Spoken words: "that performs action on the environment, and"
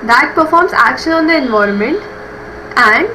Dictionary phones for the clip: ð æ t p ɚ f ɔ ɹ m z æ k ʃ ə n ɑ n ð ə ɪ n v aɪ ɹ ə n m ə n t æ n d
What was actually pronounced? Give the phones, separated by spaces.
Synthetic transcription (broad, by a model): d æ t p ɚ f ɔ ɹ m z æ k ʃ ə n ɑ n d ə ɪ n v aɪ ɹ ə n m ə n t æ n d